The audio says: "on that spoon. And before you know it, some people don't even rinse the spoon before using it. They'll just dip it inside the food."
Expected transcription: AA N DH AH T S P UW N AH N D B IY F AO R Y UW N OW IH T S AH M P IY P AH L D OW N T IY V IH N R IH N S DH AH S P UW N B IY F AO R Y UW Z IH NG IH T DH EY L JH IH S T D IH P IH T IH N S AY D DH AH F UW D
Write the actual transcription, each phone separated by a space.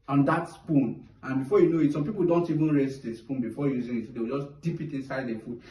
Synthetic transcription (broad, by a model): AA N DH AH T S P UW N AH N B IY F AO Y UW N OW IH T S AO M P IY P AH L D OW N T IY V IH N R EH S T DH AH S P UW N B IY F AO Y UW Z IH NG IH T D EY W JH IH S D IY P IH T IH N S AY D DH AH F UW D